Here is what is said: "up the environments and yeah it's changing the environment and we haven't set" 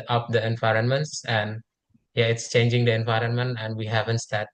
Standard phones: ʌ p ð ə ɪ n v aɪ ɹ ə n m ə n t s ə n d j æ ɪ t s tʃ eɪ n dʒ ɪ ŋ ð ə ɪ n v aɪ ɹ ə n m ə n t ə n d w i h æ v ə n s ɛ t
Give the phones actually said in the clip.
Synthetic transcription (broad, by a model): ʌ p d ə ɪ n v aɪ ɹ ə n m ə n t s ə n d j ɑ ɪ t s tʃ eɪ n dʒ ɪ ŋ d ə ɪ n v aɪ ɹ ə n m ə n t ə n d w i h æ v ə n s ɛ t